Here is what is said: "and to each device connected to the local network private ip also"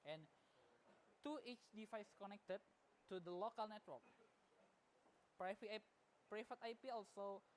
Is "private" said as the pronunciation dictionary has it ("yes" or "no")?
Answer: no